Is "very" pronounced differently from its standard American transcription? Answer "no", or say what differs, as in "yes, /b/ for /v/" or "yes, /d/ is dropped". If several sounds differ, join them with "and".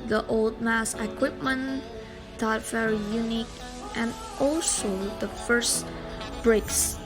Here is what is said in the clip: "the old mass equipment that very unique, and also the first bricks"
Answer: yes, /f/ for /v/